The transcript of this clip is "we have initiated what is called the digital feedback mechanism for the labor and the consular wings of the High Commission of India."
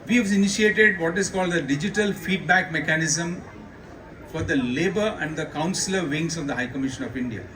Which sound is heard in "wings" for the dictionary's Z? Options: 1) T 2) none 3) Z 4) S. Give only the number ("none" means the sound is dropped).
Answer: 4